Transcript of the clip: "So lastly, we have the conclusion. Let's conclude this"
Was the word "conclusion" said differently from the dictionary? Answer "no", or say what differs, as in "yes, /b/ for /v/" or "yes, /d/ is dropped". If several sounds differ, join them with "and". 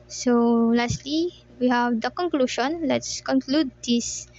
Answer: yes, /ʃ/ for /ʒ/